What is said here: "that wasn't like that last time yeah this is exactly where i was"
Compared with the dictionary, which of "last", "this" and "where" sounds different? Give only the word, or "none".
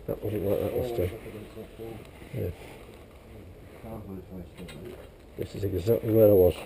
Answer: last